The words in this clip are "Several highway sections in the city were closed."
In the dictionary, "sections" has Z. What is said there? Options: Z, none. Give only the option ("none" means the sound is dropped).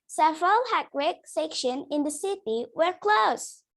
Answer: none